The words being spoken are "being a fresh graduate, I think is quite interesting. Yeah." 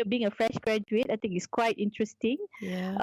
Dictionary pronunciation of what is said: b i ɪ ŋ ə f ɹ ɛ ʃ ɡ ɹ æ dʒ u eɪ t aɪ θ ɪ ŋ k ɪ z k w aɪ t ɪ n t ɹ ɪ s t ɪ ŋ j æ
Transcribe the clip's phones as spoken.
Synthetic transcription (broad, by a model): b i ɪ ŋ ə f ɹ ɛ ʃ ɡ ɹ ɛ dʒ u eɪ t aɪ t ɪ ŋ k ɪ s k w aɪ t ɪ n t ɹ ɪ s t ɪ ŋ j